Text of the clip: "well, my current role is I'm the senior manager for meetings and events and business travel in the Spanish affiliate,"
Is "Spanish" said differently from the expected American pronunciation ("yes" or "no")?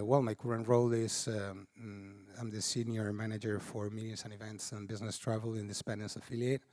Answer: yes